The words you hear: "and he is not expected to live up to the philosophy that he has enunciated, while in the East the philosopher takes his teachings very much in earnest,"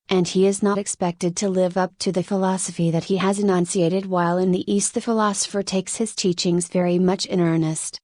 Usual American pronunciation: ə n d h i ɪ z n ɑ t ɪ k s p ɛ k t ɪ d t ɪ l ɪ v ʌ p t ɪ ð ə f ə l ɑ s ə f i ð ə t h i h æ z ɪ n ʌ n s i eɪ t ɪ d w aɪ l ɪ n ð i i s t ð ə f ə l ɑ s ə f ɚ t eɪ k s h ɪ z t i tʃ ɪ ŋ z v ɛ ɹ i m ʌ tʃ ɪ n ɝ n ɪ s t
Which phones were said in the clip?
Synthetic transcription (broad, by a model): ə n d i ɪ z n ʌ t ɪ k s p ɛ k t ɪ d t ɪ l ɪ v ʌ p t ɪ ð ə f ə l ɑ s ə f i ð ə t h i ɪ z ɪ n ʌ n s i eɪ t ɪ d w aɪ l ɪ n ð i i s t ð ə f ə l ɑ s ə f ɚ t eɪ k s h ɪ z t i tʃ ɪ ŋ z v ɛ ɹ i m ʌ tʃ ɪ n ɝ n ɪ s t